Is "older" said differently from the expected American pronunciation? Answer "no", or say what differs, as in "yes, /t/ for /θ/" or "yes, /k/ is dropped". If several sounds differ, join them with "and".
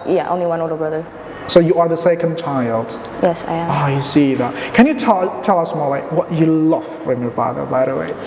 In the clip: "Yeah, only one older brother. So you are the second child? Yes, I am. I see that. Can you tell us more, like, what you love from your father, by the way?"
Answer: yes, /l/ is dropped